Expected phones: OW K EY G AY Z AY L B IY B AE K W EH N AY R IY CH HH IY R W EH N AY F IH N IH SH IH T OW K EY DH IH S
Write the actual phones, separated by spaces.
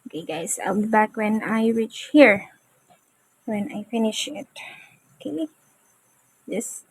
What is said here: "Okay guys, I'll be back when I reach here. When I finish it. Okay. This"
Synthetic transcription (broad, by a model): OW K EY G AY S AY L B IY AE K W EH N AY R IY CH HH IY R W EH N AY F IH N IH SH IH T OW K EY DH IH S